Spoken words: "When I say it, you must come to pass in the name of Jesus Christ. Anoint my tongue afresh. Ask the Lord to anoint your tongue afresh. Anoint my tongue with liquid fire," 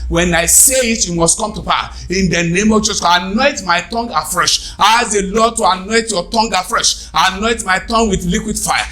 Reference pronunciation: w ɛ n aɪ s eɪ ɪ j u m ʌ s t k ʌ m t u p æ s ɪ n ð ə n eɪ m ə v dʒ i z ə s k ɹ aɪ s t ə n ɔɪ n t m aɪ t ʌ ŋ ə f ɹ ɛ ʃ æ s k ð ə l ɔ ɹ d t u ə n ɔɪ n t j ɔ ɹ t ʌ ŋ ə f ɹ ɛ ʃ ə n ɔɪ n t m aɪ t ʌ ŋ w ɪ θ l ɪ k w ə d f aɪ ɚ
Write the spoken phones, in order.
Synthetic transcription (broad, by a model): w ɛ n aɪ s eɪ ɪ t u m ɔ s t k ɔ m t u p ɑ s ɪ n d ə n eɪ m ə v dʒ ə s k aɪ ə n ɔɪ t m aɪ t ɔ ŋ ə f ɹ ɛ ʃ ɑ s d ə l ɔ d t u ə n ɔɪ t j ɔ t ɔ ŋ ə f ɹ ɛ ʃ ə n ɔɪ t m aɪ t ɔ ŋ w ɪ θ l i k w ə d f aɪ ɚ